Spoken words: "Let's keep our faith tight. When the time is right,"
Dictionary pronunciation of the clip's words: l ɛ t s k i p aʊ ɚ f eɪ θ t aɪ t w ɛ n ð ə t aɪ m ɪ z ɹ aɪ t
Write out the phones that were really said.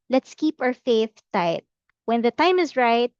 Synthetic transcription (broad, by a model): l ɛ t s k i p aʊ ɚ f eɪ θ t aɪ t w ɛ n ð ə t aɪ m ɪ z ɹ aɪ t